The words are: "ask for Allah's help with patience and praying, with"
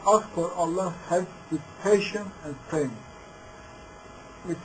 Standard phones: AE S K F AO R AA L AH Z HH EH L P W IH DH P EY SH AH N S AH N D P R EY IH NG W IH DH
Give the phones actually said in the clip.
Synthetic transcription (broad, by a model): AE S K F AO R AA L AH HH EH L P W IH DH P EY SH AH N AH N D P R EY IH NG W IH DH